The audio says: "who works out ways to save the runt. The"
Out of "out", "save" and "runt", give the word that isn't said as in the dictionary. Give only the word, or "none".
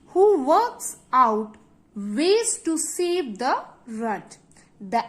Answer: runt